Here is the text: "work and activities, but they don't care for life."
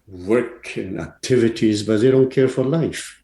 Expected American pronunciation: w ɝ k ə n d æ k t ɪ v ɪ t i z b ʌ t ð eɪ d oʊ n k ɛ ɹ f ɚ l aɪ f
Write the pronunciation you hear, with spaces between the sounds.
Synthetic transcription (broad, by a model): w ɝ k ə n æ k t ɪ v ɪ t i z b ʌ t ð eɪ d oʊ n k ɛ ɹ f ɚ l aɪ f